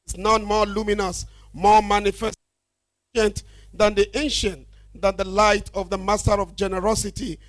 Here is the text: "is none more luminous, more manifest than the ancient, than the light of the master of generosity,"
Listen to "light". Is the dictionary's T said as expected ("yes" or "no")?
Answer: yes